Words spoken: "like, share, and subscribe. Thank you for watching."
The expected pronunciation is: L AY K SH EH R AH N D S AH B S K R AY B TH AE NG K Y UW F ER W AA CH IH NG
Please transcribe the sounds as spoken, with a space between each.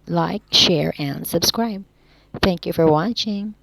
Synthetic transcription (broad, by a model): L AY K SH EH R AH N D S AH B S K R AY B TH AE NG K Y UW F ER W AA CH IH NG